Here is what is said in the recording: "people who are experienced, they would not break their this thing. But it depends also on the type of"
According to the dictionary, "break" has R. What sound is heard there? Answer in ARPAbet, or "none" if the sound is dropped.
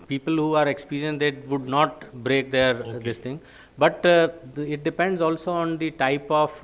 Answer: R